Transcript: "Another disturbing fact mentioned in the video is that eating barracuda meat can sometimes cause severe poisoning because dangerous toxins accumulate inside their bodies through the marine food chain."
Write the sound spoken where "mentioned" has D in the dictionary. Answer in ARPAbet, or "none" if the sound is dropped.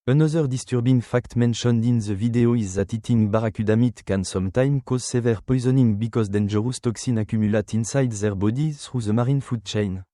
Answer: D